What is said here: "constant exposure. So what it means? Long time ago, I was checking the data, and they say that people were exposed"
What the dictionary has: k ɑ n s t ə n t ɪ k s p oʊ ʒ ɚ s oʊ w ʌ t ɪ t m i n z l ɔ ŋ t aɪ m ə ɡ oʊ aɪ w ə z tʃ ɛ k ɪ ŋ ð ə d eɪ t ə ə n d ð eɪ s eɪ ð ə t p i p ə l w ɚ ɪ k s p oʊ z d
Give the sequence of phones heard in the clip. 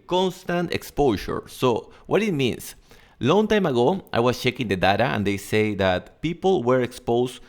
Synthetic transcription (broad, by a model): k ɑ n s t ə n t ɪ k s p oʊ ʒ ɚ s oʊ w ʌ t ɪ t m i n s l ɔ ŋ t aɪ m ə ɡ oʊ aɪ w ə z tʃ ɛ k ɪ ŋ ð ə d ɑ t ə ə n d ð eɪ s eɪ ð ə t p i p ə l w ɚ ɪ k s p oʊ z